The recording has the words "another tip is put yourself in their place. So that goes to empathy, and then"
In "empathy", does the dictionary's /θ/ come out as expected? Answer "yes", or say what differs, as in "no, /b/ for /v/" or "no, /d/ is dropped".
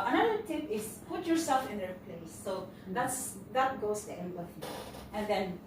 no, /f/ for /θ/